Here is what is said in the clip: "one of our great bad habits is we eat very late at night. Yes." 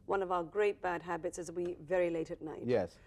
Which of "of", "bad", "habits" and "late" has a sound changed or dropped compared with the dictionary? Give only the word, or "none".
none